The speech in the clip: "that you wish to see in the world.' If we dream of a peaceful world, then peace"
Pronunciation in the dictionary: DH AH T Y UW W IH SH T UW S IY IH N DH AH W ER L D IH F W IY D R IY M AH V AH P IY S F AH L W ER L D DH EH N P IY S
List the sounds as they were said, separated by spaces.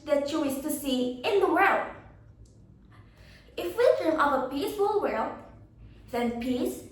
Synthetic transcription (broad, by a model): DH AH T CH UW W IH S T UW S IY IH N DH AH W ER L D IH F W IY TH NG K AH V AH P IY S F AH L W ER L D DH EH N P IY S